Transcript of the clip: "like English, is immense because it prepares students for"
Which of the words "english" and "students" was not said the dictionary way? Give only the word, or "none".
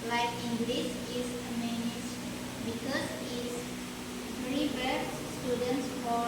english